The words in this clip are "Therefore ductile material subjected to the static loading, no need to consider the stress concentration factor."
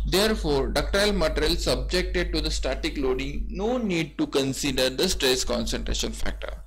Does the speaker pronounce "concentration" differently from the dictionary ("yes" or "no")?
no